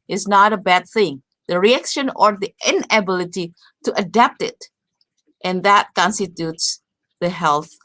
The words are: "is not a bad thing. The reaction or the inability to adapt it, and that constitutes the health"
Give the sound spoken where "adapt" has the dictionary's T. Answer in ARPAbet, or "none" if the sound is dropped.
T